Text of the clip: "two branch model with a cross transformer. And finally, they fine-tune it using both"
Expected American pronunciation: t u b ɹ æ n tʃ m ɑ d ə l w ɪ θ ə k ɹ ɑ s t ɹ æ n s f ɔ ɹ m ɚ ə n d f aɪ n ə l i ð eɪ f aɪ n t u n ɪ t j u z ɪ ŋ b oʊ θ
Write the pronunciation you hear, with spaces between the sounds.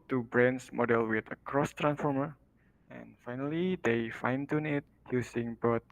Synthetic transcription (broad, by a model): t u b ɹ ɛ n s m ɑ d ə l w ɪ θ ə k ɹ ɑ s t ɹ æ n s f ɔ ɹ m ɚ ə n f aɪ n ə l i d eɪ f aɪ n t u n ɪ t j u s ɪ ŋ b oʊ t